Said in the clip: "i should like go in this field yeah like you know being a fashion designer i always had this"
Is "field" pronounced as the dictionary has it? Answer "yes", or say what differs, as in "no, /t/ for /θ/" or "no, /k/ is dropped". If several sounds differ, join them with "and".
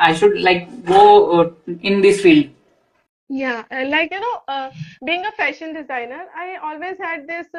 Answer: yes